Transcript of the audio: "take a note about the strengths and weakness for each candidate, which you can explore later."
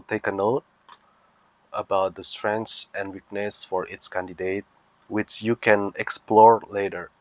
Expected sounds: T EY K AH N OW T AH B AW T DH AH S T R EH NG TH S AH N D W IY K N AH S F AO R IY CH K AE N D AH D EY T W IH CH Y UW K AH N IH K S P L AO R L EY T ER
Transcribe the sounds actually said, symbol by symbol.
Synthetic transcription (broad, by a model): T EY K AH N OW T AH B AW T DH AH S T R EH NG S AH N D W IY K N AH S F AO R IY S K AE N D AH D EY T W IH CH Y UW K AH N IH K S P L AO R L EY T ER